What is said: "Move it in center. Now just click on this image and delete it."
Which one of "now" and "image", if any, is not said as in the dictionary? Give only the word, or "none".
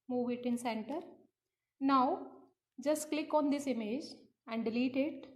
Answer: none